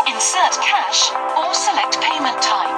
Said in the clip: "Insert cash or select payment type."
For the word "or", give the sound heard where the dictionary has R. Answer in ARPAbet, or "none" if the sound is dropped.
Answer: L